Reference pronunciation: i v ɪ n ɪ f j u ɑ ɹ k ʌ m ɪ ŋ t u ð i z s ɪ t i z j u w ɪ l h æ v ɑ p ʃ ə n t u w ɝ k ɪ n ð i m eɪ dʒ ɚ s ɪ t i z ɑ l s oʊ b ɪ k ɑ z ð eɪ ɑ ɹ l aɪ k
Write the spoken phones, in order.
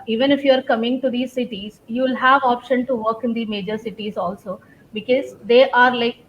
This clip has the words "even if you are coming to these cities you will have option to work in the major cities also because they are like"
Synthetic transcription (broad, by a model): i v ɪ n ɪ f j u ɑ ɹ k ʌ m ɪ ŋ t u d i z s ɪ t i z j u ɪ l h æ v ɑ p ʃ ə n t u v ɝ k ɪ n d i m eɪ dʒ ɚ s ɪ t i z ɑ l s oʊ b ɪ k ɑ z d eɪ ɑ ɹ l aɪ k